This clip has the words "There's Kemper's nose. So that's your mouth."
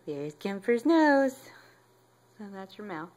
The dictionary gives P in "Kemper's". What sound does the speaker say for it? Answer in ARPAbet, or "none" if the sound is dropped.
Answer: F